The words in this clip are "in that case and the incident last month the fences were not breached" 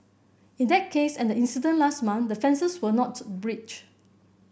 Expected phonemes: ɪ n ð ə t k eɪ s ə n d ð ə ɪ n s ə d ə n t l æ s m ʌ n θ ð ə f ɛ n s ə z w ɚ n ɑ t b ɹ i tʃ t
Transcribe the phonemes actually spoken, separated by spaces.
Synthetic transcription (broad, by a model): ɪ n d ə t k eɪ s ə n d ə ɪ n s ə d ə n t l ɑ s m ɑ n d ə f ɛ n s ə s w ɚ n ɑ t b ɹ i tʃ